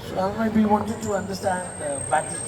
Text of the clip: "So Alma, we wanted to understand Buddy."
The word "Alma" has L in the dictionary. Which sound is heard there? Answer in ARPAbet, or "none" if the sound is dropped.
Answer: none